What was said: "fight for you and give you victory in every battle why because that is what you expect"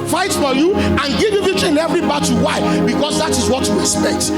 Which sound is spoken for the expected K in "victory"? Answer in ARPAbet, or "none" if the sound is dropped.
none